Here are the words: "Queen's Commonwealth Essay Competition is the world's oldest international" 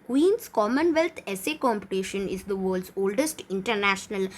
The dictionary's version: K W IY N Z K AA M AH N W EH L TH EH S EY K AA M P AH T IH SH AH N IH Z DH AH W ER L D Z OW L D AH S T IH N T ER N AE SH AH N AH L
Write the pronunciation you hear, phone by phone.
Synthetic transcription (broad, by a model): K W IY N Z K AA M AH N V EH L T EH S EY K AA M P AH T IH SH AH N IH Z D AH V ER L D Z OW L D AH S T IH N T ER N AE SH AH N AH L